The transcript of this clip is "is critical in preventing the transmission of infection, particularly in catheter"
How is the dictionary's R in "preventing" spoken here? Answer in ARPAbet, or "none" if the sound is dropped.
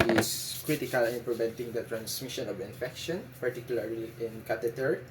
L